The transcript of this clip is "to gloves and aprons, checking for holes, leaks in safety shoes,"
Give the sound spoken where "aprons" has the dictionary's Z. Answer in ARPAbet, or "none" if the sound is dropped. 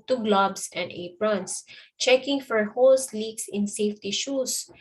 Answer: S